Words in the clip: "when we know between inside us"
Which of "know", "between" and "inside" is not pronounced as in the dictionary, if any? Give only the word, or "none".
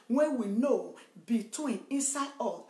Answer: none